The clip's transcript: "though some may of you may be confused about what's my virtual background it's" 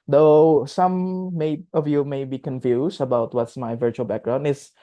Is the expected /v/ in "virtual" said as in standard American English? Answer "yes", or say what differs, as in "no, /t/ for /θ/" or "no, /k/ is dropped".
yes